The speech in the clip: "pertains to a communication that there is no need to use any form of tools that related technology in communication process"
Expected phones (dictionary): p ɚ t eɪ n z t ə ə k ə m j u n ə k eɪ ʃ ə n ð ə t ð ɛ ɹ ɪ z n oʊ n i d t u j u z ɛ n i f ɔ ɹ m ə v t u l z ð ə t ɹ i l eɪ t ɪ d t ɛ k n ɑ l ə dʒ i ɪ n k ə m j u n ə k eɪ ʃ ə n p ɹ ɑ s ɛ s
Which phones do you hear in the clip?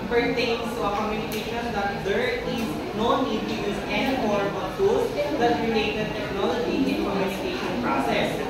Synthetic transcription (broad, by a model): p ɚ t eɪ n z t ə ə k ə m j u n ə k eɪ ʃ ə n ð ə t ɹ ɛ l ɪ s n oʊ n i d t u j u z ɛ n i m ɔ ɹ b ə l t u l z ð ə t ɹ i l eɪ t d t ɛ k n ɑ l ə dʒ i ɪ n k ə m j u n ə k eɪ ʃ ə n p ɹ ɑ s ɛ s